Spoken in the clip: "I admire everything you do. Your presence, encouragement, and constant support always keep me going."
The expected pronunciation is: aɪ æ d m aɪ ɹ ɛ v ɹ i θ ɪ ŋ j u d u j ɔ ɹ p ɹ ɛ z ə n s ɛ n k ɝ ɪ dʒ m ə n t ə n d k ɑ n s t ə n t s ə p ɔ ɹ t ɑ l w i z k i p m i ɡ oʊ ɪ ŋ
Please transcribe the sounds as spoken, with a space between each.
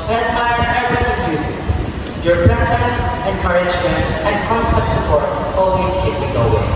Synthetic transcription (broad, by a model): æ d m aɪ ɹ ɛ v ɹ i t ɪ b j u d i j ɔ ɹ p ɹ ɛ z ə n s ɛ n k ɝ ɪ dʒ m ə n t ə n d k ɑ n s t ə n t s ə p ɔ ɹ t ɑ l w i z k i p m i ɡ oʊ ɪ